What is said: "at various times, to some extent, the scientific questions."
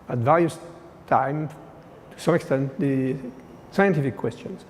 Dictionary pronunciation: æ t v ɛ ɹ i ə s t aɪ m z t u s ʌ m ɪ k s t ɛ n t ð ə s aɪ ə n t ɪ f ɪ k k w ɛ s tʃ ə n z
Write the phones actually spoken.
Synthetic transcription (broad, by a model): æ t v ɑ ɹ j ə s t aɪ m t u s ʌ m ɪ k s t ɛ n t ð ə s aɪ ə n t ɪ f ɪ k k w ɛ s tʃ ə n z